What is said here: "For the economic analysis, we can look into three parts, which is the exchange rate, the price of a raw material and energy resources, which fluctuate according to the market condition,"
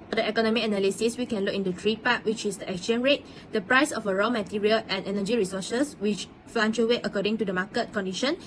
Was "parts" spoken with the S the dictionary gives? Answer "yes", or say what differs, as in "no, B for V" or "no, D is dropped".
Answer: no, S is dropped